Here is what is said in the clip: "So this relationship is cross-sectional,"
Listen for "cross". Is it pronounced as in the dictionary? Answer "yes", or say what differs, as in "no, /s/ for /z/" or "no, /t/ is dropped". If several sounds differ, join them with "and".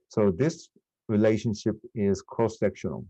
no, /ɹ/ is dropped